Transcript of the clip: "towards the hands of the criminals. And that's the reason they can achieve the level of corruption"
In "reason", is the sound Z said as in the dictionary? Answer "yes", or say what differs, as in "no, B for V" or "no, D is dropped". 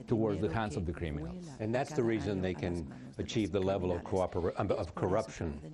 yes